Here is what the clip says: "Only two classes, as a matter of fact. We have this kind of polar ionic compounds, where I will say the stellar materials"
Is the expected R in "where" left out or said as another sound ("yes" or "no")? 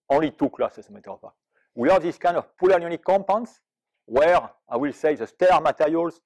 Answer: no